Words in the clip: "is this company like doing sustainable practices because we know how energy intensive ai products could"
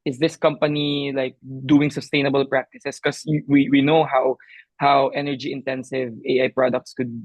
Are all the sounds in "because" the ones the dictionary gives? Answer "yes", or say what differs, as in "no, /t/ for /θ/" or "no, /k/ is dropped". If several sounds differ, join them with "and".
no, /z/ is dropped